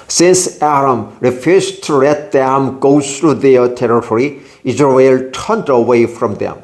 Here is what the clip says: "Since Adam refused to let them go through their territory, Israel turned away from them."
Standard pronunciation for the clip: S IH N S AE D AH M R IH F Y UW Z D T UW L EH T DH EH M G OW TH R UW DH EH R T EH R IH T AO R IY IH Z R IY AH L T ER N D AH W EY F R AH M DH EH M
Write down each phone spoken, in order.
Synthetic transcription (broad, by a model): S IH N S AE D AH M R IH F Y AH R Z T UW L EH T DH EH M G OW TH R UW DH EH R T EH R IH T AO R IY IH Z R IY AH L T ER N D AH W EY F R AH M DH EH M